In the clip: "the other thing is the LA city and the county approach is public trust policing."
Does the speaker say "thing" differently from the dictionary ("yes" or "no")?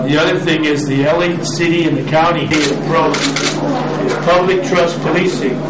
no